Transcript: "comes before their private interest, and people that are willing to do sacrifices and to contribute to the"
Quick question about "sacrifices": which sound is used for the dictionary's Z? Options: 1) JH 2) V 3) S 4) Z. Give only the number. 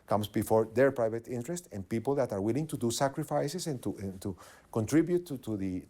3